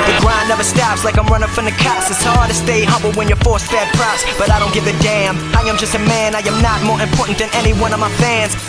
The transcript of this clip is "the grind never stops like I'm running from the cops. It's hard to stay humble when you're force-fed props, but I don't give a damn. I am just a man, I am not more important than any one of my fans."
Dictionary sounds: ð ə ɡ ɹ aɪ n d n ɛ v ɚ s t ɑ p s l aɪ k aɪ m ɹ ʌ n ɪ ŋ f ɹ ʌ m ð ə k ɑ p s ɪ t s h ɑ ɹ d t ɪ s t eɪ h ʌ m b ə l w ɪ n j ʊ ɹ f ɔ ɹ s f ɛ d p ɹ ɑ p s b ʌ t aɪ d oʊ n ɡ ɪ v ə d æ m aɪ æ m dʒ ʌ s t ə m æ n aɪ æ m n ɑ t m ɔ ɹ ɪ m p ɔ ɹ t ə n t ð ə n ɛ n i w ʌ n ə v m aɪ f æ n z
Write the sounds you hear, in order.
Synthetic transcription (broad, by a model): ð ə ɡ ɹ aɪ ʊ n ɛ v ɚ s t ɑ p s l aɪ k aɪ m ɹ ʌ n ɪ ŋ f ɹ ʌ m ð ə k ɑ s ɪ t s h ɑ ɹ d t ɪ s t eɪ h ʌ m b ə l w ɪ n j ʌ ɹ f ɔ ɹ s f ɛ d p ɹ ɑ s b ʌ t aɪ d oʊ n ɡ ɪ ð ə d æ m aɪ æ m dʒ ʌ s t ə m æ n aɪ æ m n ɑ t m ɔ ɹ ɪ m p ɔ ɹ t n ð ə n ɛ n i w ʌ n ə v m aɪ f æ n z